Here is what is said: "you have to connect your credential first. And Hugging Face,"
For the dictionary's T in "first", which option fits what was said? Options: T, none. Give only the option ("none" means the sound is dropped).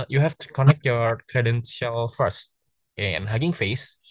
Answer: T